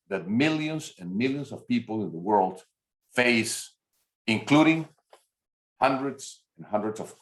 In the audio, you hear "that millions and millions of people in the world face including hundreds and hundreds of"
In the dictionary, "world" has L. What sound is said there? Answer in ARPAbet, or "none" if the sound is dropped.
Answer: L